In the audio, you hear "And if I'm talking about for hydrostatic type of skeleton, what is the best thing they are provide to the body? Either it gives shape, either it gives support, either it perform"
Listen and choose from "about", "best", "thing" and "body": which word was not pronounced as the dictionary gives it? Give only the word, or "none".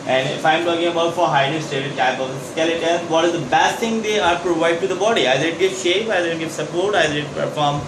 thing